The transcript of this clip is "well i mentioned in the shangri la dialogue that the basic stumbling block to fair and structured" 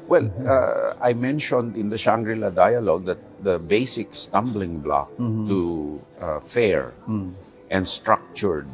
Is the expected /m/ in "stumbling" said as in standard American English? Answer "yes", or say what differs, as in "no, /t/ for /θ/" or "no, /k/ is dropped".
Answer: yes